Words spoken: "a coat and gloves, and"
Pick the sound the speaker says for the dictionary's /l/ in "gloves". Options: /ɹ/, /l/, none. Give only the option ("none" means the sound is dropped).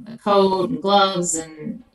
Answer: /l/